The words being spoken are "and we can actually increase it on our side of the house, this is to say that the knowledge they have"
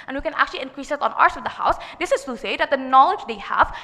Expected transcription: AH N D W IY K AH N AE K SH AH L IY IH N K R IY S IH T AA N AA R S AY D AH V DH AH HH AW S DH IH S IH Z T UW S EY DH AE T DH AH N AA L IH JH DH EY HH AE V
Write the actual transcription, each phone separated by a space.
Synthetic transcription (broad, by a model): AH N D W IY K AH N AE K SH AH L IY IH N K R IY S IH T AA N AA R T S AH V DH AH HH AW S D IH S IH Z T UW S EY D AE T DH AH N AA L IH JH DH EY HH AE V